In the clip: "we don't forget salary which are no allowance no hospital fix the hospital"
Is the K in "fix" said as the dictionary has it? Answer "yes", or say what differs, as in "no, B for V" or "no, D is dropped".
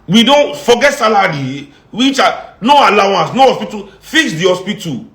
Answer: no, K is dropped